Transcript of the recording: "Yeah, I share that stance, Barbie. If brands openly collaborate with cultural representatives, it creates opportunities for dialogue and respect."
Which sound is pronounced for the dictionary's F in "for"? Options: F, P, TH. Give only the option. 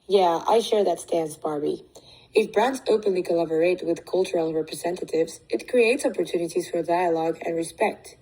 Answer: F